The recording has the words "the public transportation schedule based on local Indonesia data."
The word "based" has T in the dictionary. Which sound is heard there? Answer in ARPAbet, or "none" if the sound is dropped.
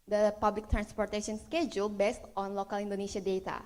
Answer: T